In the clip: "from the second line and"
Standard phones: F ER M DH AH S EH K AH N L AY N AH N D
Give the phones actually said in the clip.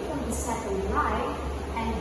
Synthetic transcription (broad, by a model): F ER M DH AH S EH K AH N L AY AH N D